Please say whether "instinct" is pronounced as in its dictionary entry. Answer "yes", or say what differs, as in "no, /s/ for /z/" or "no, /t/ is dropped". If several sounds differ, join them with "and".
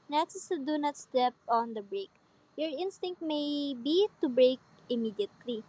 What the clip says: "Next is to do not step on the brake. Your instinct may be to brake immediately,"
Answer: yes